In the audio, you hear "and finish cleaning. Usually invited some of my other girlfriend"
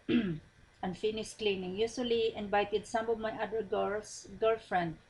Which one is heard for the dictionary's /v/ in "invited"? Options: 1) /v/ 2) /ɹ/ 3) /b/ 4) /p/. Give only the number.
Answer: 3